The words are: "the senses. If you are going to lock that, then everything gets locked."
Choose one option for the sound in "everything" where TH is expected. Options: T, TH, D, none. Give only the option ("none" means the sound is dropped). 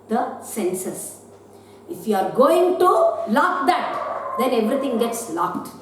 T